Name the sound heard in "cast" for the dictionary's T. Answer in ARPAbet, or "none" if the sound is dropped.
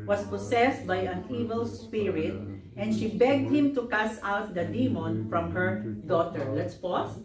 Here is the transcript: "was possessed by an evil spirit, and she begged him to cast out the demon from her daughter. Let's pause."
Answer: none